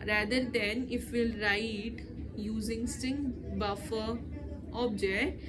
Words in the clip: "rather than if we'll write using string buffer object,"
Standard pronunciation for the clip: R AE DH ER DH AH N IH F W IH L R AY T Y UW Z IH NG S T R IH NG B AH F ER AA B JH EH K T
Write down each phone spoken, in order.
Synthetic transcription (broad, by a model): R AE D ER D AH N IH F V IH L R AY T Y UW Z IH NG S T IH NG B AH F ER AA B JH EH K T